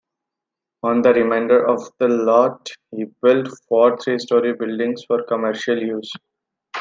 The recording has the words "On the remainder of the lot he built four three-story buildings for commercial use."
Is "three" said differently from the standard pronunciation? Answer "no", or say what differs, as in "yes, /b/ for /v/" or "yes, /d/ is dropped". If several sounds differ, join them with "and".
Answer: yes, /t/ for /θ/